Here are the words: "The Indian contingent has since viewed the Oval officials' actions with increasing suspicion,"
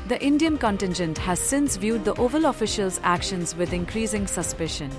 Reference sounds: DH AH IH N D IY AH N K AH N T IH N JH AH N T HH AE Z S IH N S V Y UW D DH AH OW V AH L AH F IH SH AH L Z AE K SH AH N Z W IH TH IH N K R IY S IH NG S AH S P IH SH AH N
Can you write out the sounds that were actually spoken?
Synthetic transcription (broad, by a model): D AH IH N D IY AH N K AH N T IH N JH AH N T HH AE Z S IH N S V Y UW D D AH OW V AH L AH F IH SH AH L Z AE K SH AH N Z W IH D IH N K R IY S IH NG S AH S P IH SH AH N